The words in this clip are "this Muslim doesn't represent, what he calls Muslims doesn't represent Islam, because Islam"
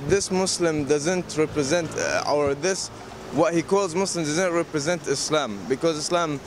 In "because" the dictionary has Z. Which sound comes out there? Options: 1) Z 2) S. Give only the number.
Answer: 1